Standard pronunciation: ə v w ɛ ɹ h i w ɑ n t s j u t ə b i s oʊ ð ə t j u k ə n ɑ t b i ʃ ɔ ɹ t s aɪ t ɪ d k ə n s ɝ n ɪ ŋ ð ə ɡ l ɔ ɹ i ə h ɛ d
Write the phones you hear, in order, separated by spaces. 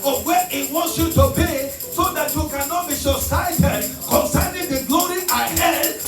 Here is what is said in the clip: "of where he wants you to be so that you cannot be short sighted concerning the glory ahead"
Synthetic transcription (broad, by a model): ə w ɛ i w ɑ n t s j u t ə b i s oʊ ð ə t j u k ə n ɑ t b i s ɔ s aɪ t ɪ d k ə n s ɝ n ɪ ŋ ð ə ɡ l ɔ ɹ i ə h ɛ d